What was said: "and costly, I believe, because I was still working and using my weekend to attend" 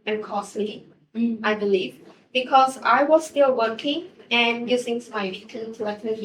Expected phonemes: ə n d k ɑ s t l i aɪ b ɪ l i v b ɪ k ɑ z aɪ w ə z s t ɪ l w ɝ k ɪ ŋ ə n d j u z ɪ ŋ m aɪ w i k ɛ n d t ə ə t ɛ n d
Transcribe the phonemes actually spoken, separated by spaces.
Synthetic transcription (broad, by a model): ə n k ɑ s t i aɪ b ɪ l i v b ɪ k ɑ z aɪ w ə z s t ɪ l w ɝ k ɪ ŋ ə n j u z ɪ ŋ m aɪ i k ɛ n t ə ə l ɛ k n